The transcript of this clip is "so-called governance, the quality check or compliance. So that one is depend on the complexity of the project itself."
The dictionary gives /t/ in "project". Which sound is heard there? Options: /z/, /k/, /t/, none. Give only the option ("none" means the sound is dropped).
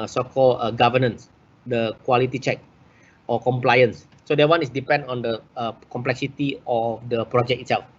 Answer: none